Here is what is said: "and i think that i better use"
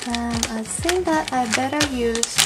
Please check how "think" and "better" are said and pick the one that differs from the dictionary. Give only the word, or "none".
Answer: think